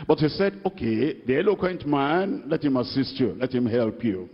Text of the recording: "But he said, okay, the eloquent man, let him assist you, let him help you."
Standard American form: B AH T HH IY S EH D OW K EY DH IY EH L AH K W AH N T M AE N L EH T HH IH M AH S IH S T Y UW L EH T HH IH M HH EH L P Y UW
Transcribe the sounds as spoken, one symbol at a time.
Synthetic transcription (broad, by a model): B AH T HH IY S EH D OW K EY DH IY EH L AH K W AH N T M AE N L EH T HH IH M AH S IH S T Y UW L EH T HH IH M HH EH L P Y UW